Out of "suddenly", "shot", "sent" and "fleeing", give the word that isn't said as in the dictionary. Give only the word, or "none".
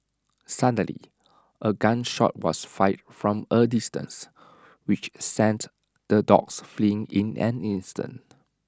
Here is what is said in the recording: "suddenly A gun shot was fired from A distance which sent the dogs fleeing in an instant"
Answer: suddenly